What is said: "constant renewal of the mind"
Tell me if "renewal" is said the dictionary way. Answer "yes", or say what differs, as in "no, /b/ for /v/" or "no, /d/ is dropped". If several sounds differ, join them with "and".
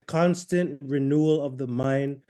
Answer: yes